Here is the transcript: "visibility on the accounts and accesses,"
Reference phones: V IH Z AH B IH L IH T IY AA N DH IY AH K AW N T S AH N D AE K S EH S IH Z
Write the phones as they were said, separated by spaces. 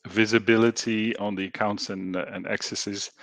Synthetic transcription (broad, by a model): V IH Z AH B IH L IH T IY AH N DH IY AH K AW N T S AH N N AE K S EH S IH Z